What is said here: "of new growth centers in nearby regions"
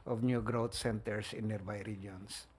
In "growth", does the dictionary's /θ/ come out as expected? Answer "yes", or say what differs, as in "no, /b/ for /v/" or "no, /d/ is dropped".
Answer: no, /t/ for /θ/